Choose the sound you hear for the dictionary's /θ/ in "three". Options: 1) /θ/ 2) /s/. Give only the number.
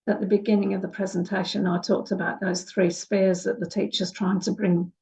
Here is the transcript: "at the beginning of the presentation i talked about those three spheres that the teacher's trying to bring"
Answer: 1